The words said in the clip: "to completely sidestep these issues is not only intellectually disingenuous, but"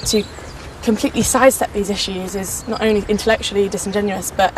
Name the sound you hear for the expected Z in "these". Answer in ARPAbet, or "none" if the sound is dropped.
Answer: Z